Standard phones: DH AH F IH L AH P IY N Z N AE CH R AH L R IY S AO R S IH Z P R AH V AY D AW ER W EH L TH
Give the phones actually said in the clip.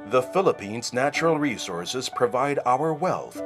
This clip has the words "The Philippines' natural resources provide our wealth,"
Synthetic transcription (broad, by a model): DH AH F IH L AH P IY N Z N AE CH R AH L R IY S AO R S IH Z P R AH V AY D AW ER W EH L TH